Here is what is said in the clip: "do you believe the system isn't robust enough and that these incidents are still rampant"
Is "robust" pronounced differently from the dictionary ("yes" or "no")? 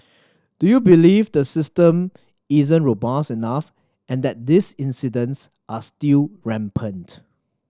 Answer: yes